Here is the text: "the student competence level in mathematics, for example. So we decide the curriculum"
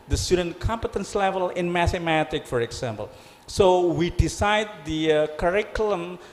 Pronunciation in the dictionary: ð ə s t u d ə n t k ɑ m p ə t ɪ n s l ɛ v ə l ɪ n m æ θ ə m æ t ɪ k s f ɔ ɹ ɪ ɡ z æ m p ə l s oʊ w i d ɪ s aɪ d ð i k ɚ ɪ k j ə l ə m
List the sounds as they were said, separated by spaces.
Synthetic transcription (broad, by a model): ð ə s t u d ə n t k ɑ m p ə t ɪ n s l ɛ v ə l ɪ n m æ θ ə m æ t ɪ k f ɔ ɹ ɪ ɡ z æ m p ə l s oʊ w i d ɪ s aɪ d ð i k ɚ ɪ k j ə l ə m